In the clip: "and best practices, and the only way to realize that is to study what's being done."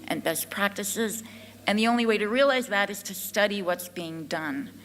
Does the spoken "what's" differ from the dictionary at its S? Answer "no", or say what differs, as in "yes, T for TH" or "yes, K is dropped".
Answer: no